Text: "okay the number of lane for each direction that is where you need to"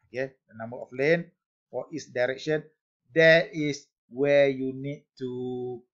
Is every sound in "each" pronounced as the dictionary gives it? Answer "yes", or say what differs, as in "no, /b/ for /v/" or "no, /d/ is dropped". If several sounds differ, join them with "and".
no, /s/ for /tʃ/